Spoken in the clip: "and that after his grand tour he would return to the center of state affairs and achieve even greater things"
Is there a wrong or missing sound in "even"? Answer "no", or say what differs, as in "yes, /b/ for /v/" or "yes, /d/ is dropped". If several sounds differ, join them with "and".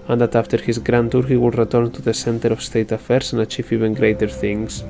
no